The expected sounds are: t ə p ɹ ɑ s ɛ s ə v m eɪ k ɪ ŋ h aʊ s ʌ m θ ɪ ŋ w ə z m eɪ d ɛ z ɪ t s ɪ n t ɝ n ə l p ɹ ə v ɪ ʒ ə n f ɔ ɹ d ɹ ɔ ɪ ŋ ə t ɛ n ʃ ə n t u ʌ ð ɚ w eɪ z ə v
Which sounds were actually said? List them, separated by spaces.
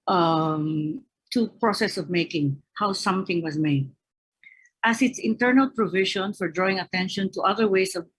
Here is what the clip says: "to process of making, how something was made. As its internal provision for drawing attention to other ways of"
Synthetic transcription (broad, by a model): t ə p ɹ ɑ s ɛ s ə v m eɪ k ɪ ŋ h aʊ s ʌ m θ ɪ ŋ w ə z m eɪ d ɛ s ɪ t s ɪ n t ɝ n ə l p ɹ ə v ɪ ʃ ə n f ɔ ɹ d ɹ ɔ ɪ ŋ ə t ɛ n ʃ ə n t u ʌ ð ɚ w eɪ s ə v